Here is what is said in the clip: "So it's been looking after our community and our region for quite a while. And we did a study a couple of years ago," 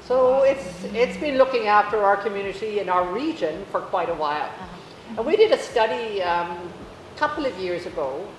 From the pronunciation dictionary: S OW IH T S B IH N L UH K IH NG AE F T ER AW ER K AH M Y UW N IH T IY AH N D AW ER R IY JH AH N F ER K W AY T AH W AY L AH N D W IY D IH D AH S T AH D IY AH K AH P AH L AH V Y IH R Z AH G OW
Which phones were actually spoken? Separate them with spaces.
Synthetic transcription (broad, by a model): S OW IH T S B IH N L UH K IH NG AE F T ER AW ER K AH M Y UW N IH T IY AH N AW ER R IY JH AH N F ER K W AY T AH W AY L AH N W IY D IH D AH S T AH D IY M K AH P L AH V Y IH R Z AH G OW